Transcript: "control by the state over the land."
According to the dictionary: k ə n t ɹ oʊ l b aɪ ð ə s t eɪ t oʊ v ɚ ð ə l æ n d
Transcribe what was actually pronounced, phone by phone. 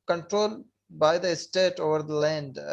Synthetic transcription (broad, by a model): k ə n t ɹ oʊ l b aɪ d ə s t eɪ t oʊ v ɚ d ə l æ n d